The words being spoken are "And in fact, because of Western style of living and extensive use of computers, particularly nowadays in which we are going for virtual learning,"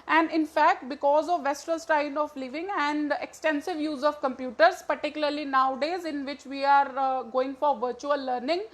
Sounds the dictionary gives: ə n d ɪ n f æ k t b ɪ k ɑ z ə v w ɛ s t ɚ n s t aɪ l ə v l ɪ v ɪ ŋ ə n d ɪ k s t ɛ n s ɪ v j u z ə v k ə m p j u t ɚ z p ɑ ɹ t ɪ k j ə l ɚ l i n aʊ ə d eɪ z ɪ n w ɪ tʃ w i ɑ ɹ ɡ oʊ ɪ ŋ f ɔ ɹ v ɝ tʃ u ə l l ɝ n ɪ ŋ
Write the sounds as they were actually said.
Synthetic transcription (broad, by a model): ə n d ɪ n f æ k t b ɪ k ɑ z ə v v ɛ s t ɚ l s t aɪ n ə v l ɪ v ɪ ŋ ə n d ɪ k s t ɛ n s ɪ v j u z ə v k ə m p j u t ɚ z p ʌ ɹ t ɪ k j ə l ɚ l i n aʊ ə d eɪ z ɪ n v ɪ tʃ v i ɑ ɹ ɡ oʊ ɪ ŋ f ɔ ɹ v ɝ tʃ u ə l l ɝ n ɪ ŋ